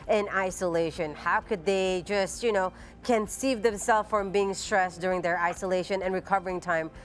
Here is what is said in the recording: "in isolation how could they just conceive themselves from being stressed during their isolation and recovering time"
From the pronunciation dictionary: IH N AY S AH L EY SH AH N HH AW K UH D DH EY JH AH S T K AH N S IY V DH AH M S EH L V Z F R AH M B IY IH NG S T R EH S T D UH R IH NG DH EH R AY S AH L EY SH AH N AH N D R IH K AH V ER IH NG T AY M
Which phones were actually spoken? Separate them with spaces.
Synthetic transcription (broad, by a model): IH N AY S AH L EY SH AH N HH AW K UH D DH EY JH AH S T K AH N S IY V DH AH M S EH L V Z F R AH M B IY IH NG S T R EH S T D UH R IH NG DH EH R AY S AH L EY SH AH N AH N R IH K AH V ER IH NG T AY M